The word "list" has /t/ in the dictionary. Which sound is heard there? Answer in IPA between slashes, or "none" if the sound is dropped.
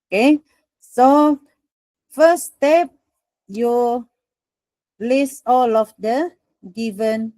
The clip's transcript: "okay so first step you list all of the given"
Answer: none